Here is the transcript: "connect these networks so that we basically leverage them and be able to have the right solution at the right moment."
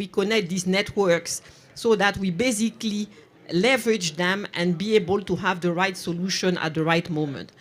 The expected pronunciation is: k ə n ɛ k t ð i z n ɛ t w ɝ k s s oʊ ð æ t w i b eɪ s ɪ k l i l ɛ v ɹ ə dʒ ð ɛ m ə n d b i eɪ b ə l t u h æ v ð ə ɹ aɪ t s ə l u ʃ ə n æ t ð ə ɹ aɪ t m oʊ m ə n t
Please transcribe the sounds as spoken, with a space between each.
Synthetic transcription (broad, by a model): k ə n ɛ k t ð i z n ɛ t w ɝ k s s oʊ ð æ t w i b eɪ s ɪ k l i l ɛ v ɹ ə dʒ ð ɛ m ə n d b i eɪ b ə l t u h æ v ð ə ɹ aɪ t s ə l u ʃ ə n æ t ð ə ɹ aɪ t m oʊ m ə n t